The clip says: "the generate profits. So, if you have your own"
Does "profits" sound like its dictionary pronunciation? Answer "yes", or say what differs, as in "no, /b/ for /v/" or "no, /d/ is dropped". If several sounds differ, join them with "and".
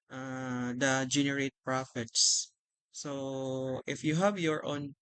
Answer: yes